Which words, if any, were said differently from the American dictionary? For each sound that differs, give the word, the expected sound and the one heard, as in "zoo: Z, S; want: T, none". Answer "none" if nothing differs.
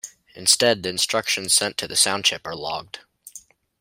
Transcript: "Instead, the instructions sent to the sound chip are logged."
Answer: chip: CH, SH